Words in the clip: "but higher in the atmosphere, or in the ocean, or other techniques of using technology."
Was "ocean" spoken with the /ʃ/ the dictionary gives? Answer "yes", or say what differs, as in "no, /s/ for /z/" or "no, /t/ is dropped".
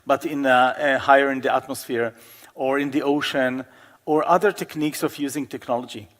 yes